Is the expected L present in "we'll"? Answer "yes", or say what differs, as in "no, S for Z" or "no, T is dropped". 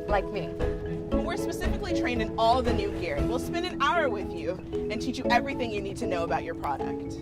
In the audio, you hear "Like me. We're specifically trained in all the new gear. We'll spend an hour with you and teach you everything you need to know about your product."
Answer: yes